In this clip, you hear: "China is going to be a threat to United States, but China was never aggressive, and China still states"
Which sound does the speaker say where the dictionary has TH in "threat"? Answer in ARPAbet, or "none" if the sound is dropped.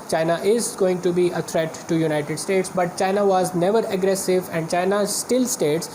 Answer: T